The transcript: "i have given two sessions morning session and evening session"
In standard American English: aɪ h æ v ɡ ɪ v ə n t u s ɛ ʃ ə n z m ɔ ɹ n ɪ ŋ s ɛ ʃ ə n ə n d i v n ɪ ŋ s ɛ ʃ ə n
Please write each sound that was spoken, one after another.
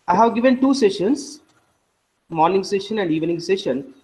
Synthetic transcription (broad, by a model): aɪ h æ v ɡ ɪ v ə n t u s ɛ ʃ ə n s m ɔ ɹ n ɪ ŋ s ɛ ʃ ə n ə n d i v n ɪ ŋ s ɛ ʃ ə n